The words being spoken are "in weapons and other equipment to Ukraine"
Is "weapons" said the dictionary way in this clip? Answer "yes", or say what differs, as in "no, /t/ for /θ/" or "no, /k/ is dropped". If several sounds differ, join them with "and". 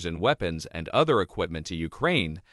yes